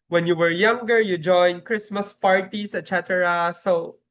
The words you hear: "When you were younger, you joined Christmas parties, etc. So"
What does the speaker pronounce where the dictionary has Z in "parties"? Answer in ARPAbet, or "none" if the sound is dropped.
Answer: S